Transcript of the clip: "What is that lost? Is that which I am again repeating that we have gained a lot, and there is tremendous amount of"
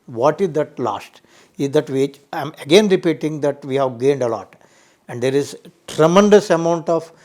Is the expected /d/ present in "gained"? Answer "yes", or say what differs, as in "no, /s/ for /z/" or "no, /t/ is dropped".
yes